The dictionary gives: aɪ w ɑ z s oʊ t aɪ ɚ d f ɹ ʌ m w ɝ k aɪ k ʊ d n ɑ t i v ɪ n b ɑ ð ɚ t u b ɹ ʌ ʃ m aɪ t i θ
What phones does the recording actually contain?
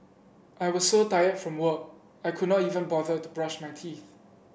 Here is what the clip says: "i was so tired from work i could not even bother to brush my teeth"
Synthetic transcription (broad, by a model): aɪ w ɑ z s oʊ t aɪ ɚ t f ɹ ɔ m w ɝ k aɪ k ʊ d n ɑ t i v ɪ n b ɑ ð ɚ t u b ɹ ʌ ʃ m aɪ t i θ